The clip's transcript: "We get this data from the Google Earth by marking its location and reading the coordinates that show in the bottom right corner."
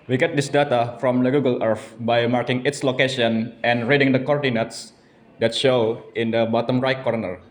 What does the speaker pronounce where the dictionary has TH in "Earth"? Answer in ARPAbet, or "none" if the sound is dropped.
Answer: F